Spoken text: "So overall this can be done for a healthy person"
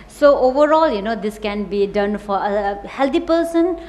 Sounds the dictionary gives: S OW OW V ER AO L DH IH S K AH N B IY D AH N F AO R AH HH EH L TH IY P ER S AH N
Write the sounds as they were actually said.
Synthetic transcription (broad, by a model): S OW OW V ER AO L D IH S K AH N B IY D AH N F AO R AH HH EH L T IY P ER S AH N